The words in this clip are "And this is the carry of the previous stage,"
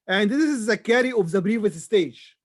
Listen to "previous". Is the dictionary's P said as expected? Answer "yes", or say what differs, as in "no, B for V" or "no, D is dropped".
no, B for P